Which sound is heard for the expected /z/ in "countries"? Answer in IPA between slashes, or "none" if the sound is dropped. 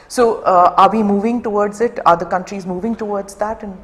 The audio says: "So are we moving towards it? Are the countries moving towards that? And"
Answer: /z/